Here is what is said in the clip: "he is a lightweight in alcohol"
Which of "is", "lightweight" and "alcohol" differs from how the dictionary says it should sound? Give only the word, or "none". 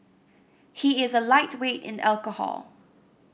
none